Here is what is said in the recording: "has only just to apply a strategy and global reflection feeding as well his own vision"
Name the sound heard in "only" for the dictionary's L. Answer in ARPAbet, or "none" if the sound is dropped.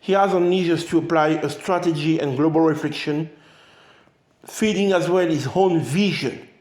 N